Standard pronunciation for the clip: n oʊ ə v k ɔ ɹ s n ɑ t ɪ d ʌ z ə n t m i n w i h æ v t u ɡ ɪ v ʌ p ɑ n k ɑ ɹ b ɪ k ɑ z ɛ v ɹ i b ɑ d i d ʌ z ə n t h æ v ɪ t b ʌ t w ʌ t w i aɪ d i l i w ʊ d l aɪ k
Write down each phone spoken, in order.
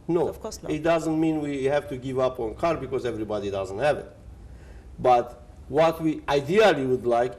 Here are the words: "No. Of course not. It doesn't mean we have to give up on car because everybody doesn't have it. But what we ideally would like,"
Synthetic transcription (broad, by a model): n oʊ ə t d ʌ z ə n t m i n w i h æ v t u ɡ ɪ v ʌ p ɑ n k ɑ ɹ b ɪ k ɑ z ɛ v ɹ i b ɑ d i d ʌ z ə n t h æ v ɪ t b ʌ t w ʌ t w i aɪ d i l i w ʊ d l aɪ k